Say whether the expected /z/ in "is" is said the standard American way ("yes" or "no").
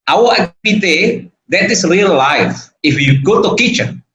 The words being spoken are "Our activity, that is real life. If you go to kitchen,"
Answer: no